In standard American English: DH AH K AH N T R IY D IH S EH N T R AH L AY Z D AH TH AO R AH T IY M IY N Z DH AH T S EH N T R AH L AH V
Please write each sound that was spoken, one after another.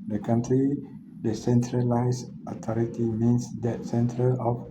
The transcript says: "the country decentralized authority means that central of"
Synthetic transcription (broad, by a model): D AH K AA N T R IY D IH S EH N T R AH L AY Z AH T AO R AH T IY M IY N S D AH T S EH N T R AH L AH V